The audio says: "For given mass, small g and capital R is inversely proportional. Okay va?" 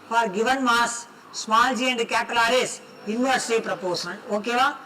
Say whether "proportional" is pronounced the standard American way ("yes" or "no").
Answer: no